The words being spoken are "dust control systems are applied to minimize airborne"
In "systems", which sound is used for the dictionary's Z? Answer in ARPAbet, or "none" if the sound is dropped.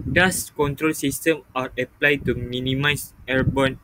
none